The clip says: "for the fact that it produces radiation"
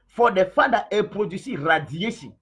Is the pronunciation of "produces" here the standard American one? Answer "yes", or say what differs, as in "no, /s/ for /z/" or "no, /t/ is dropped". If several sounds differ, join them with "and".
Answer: no, /z/ is dropped